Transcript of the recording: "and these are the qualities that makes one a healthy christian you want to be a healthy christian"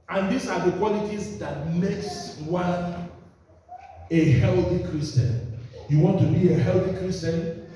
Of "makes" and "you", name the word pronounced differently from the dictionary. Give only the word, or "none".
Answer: none